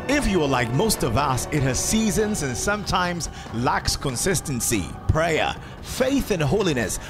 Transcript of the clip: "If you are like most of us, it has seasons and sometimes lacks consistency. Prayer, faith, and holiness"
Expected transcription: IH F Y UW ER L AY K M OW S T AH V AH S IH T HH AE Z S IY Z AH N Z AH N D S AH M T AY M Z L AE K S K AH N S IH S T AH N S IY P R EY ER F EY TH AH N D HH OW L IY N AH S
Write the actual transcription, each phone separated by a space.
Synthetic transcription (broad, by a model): IH F Y ER L AY K M OW S T AH V AH S IH T HH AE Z S IY Z AH N Z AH N S AH M T AY M Z L AE K S K AH N S IH S T AH N S IY P R EY ER F EY TH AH N HH OW L IY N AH S